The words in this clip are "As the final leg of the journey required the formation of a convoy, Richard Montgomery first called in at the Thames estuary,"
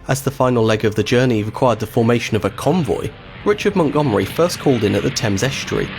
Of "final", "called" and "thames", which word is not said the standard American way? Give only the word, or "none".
none